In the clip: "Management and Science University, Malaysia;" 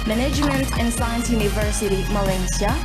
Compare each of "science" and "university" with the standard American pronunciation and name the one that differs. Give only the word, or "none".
none